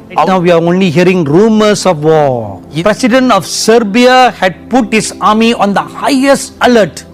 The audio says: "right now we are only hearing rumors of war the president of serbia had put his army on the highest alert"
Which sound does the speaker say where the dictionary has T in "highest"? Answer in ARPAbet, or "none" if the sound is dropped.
T